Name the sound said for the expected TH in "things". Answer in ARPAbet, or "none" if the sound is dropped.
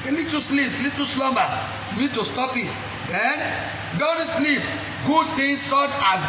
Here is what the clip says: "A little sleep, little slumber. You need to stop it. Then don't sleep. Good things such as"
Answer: T